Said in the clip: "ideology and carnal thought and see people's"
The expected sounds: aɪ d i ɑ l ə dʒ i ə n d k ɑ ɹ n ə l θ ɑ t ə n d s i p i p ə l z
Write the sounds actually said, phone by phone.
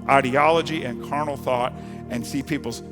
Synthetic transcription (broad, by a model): aɪ d i ɑ l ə dʒ i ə n k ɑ ɹ n l θ ɑ t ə n s i p i p l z